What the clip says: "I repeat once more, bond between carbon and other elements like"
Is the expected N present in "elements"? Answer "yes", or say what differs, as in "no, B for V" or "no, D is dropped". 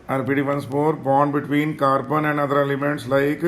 no, N is dropped